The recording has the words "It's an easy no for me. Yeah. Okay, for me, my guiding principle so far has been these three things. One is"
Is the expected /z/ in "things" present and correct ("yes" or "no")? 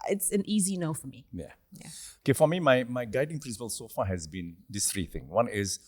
no